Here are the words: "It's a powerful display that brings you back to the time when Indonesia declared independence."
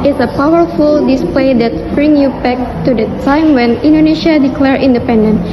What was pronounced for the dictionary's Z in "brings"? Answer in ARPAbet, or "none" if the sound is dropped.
none